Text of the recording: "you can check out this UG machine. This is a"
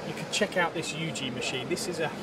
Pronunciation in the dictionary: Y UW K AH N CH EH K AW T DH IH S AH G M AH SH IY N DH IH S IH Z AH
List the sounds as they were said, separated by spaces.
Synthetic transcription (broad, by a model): Y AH K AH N CH EH K AW T DH IH S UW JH M AH SH IY N DH IH S IH Z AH